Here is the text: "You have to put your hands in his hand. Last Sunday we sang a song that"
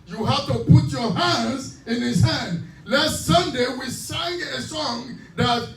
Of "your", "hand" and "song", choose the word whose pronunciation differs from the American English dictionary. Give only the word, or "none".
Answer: none